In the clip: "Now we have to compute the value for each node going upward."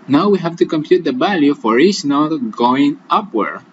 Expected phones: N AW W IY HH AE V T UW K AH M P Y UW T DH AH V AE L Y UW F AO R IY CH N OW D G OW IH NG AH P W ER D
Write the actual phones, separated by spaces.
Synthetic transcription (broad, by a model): N AW W IY HH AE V T UW K AH M P Y UW T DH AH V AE L Y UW F AO R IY S N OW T G OW IH NG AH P W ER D